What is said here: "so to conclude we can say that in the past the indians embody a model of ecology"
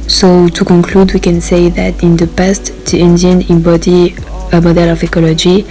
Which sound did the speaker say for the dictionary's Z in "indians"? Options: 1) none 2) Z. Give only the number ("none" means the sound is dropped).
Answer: 1